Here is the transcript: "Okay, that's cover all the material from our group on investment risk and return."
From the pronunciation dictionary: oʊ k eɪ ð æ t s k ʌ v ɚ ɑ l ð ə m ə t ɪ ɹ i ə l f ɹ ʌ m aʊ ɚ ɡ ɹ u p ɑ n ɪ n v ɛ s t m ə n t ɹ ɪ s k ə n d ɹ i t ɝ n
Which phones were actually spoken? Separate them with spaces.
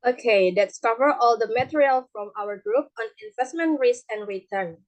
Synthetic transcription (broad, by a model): oʊ k eɪ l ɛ t s k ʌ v ɚ ɑ l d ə m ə t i ɹ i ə l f ɹ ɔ m aʊ ɚ ɡ ɹ u p ɑ n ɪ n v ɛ s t m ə n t ɹ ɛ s ə n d ɹ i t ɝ n